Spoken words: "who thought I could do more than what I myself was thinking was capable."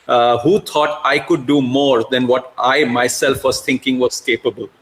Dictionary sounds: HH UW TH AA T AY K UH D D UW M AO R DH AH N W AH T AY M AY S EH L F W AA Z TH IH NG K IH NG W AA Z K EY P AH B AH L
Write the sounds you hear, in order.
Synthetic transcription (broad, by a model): HH UW T AA T AY K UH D D UW M AO R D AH N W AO T AY M AY S EH L F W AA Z T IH NG K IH NG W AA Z K EY P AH B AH L